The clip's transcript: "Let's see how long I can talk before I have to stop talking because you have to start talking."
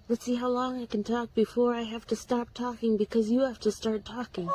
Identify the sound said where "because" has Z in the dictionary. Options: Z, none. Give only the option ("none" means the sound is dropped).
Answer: Z